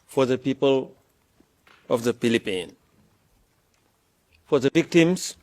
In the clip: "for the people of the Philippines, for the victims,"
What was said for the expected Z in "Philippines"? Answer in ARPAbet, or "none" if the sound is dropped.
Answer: none